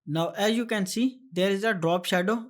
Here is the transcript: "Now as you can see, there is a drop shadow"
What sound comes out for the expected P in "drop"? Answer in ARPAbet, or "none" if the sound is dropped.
P